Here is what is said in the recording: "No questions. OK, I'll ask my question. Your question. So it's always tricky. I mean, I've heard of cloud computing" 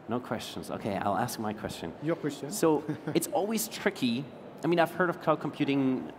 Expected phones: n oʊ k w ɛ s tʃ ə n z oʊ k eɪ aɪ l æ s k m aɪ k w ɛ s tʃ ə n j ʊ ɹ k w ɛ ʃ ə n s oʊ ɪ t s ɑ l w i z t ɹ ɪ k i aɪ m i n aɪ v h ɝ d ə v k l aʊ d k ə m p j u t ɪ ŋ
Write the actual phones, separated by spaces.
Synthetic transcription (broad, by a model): n oʊ k w ɛ s tʃ ə n z oʊ k eɪ aɪ l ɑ s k m aɪ k w ɛ s tʃ ə n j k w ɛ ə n s oʊ ɪ t s ɑ l w i z t ɹ ɪ k i aɪ m i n aɪ v h ɝ d ə v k aʊ k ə m p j u t ɪ ŋ